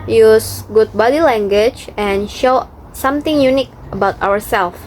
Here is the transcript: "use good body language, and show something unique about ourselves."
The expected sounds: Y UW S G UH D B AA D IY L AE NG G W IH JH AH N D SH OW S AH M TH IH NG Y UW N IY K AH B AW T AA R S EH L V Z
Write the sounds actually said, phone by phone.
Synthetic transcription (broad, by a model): Y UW S G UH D B AA D IY L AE NG G W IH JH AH N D SH OW S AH M T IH NG Y UW N IY K AH B AW T AA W S EH L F